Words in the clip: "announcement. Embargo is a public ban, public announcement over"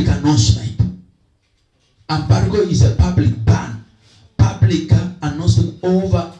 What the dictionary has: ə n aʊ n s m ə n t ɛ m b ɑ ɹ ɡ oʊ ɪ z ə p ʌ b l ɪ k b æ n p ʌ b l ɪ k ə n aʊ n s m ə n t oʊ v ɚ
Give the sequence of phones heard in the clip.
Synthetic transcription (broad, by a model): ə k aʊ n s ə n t ɛ m b ɑ ɹ ɡ oʊ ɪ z ə p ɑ b l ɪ k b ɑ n p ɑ b l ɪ k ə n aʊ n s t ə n oʊ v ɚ